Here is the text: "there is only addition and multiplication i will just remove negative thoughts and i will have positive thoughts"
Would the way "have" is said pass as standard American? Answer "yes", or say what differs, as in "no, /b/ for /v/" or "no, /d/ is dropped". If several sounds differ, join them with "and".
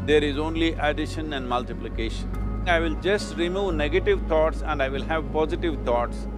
yes